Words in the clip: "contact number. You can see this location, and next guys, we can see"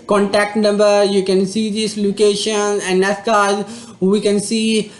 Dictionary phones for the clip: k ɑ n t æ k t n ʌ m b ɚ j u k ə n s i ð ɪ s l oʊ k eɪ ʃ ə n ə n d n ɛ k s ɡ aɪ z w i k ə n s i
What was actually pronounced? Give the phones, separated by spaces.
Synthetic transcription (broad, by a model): k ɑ n t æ k t n ʌ m b ɚ j u k ə n s i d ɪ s l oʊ k eɪ ʃ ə n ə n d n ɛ s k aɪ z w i k ə n s i